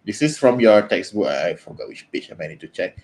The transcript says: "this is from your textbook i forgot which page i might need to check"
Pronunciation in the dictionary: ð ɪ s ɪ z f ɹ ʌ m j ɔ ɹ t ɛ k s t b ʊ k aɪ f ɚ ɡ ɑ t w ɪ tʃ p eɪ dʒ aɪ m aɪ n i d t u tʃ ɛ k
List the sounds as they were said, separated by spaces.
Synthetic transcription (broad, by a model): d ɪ s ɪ s f ɹ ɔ m j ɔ t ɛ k s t b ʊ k aɪ f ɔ ɡ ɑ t w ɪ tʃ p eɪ tʃ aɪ m aɪ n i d t u tʃ ɛ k